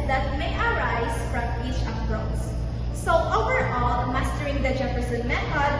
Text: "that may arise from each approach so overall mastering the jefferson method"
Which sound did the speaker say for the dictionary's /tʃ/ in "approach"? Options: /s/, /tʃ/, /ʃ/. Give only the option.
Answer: /s/